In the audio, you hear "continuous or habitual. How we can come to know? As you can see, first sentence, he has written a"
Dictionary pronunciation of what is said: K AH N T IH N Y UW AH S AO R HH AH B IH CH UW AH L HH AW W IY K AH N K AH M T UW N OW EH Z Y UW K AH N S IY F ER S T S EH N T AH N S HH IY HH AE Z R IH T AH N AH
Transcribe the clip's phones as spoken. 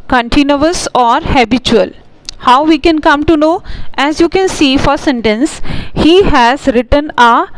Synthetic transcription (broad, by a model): K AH N T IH N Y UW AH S AO R HH AH B IH CH UW AH L HH AW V IY K AH N K AH M T UW N OW EH Z Y UW K AH N S IY F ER T S EH N T AH N S HH IY HH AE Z R IH T AH N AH